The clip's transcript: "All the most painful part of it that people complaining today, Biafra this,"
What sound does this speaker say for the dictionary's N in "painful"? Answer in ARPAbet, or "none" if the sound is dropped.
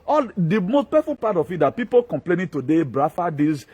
none